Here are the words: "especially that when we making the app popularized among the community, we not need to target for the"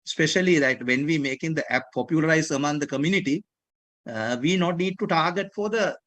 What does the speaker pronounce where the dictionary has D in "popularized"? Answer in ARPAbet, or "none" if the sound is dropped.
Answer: none